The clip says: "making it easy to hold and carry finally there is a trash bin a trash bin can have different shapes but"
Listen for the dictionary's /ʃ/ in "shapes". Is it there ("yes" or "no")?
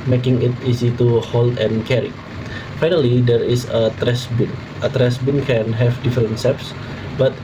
no